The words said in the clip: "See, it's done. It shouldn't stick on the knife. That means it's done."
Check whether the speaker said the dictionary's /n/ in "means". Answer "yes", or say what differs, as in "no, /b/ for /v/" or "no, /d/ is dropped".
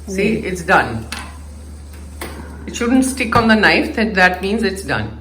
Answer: yes